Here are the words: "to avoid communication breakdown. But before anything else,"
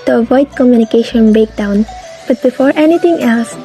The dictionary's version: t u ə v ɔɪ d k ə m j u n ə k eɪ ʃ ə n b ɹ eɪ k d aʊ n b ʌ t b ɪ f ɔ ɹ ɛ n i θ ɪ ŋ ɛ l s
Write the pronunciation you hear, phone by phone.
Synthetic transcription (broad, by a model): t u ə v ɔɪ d k ə m j u n ə k eɪ ʃ ə n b eɪ k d aʊ n b ʌ t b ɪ f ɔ ɹ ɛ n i t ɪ ŋ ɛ l s